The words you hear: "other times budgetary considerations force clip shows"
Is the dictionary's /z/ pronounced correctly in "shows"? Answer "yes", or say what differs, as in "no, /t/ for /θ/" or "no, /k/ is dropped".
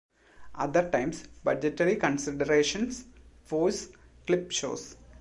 no, /s/ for /z/